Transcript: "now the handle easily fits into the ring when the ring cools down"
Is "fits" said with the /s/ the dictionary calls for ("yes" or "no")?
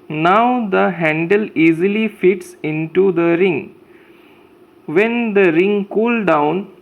yes